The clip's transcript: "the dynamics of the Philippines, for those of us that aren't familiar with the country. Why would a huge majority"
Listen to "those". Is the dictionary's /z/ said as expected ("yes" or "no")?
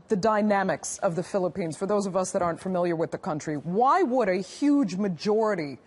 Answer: yes